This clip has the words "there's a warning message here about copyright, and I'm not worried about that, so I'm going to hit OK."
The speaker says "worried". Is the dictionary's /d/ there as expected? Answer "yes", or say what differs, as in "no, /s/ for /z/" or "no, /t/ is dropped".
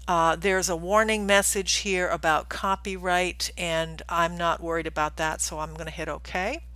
yes